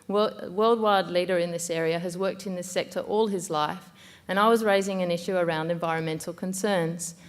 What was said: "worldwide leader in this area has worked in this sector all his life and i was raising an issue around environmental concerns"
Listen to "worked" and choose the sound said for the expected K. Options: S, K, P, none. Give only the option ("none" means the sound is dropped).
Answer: K